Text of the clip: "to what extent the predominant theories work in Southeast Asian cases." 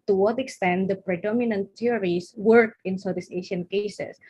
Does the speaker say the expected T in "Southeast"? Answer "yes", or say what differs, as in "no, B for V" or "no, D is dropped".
no, T is dropped